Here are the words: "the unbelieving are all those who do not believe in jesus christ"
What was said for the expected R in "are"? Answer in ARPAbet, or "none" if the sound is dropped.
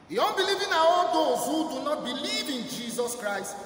W